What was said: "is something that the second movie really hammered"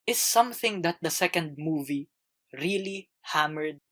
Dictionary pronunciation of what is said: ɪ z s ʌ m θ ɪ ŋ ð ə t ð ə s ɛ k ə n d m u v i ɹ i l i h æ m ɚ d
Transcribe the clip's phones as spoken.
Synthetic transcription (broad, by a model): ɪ s ʌ m θ ɪ ŋ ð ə t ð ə s ɛ k ə n d m u v i ɹ i l i h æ m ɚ d